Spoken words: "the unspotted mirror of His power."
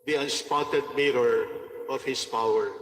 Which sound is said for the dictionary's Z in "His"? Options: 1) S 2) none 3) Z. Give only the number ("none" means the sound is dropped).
1